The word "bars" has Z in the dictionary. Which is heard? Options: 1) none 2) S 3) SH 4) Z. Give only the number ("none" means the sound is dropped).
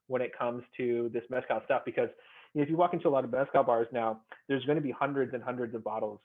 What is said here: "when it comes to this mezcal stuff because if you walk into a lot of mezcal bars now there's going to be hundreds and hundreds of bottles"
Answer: 4